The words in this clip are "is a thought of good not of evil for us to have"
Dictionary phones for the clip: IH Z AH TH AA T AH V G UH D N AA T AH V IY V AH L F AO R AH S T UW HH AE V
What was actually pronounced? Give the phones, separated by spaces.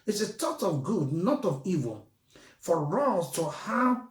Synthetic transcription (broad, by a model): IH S AH T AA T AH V G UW D N AA T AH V IY V AH L F AO R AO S T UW HH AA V